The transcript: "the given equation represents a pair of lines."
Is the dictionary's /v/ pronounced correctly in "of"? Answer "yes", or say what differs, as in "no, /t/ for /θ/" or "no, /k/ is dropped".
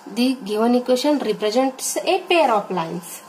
no, /p/ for /v/